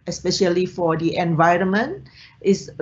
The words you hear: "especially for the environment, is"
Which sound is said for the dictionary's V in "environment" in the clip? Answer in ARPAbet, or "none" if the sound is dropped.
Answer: V